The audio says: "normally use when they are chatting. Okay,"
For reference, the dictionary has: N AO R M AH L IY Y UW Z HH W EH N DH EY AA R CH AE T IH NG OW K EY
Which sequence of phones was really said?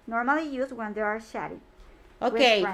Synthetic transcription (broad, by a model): N AO R M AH L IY Y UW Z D W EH N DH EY AA R SH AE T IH OW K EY